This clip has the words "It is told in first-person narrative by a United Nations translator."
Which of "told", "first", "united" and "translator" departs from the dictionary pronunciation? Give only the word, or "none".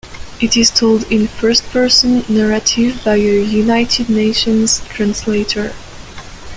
none